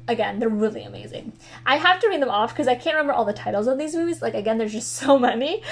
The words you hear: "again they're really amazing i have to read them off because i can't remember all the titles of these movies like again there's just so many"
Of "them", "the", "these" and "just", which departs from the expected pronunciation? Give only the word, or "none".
none